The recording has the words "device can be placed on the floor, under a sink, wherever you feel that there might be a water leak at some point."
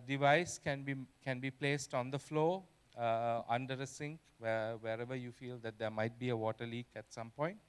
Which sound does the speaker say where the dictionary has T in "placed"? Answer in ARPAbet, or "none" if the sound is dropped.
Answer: T